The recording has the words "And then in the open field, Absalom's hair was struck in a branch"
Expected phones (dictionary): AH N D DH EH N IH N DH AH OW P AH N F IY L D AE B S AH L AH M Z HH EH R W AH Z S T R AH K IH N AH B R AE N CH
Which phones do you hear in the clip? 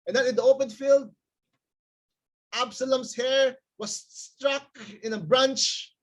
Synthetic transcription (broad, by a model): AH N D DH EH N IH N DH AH OW P AH N F IY L D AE B S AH L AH M S HH EH R W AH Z S T R AH K IH N AH B R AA N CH